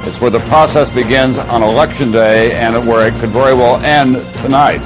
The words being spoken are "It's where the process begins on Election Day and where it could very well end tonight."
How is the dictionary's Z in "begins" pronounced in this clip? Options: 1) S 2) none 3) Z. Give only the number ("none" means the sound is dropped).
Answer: 3